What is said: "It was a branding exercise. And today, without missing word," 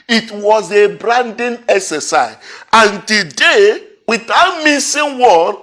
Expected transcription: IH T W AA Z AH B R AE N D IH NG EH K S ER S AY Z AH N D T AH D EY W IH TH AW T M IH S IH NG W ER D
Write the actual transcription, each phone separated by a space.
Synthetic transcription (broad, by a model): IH T W AA Z AH B R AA N D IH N EH K S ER S AY AH N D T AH D EY W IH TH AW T M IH S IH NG W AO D